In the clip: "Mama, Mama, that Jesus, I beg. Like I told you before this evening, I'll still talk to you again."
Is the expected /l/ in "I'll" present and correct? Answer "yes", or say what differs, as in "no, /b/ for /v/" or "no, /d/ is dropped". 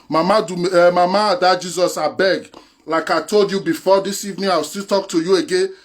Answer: no, /w/ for /l/